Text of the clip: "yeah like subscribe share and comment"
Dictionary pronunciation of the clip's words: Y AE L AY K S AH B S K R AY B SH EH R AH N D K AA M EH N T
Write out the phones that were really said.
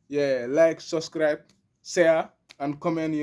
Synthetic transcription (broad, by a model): Y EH L AY K S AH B S K R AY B S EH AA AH N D K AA M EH N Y